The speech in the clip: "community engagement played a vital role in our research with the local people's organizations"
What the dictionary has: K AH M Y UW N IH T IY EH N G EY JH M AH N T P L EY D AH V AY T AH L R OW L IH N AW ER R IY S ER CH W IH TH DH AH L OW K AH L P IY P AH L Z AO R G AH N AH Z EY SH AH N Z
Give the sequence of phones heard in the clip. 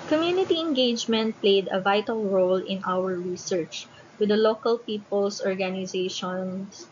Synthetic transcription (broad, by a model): K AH M Y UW N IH T IY EH N G EY JH M AH N T P L EY D AH V AY T AH L R OW L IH N AW ER R IY S ER CH W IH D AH L OW K AH L P IY P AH L S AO R G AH N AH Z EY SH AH N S